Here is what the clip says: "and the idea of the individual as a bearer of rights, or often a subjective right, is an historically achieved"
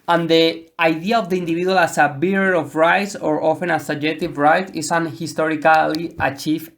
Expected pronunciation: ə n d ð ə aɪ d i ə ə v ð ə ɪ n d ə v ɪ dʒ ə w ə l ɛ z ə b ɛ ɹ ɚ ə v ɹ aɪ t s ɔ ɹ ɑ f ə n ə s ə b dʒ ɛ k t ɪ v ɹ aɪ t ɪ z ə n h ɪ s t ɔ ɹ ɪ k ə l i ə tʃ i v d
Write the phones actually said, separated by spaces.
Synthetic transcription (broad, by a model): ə n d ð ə aɪ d i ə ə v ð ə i n d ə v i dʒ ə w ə l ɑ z ə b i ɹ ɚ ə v ɹ aɪ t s ɔ ɹ ɑ f ə n ə s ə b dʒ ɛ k t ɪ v ɹ aɪ t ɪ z ə n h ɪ s t ɔ ɹ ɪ k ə l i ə tʃ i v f